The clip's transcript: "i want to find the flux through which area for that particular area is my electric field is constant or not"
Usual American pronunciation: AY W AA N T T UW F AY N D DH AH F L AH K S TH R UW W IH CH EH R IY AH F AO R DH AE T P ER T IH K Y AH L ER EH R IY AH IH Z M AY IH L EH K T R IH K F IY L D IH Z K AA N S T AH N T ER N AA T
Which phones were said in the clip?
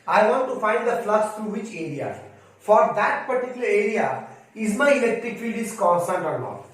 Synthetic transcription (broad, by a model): AY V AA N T T UW F AY N D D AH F L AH S T R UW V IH CH EH R IY AH F AO R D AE T P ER T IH K Y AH L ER EH R IY AH IH Z M AY IH L EH K T R IH K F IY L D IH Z K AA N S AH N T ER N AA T